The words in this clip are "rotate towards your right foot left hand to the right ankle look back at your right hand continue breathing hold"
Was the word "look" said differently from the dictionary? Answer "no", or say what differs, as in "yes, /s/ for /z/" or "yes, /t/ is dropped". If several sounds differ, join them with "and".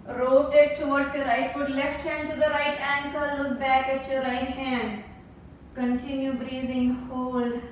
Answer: yes, /w/ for /l/